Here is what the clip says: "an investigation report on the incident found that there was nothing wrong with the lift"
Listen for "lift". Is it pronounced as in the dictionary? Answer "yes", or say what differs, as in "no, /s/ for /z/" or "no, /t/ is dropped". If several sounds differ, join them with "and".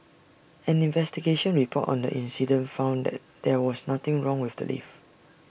no, /t/ is dropped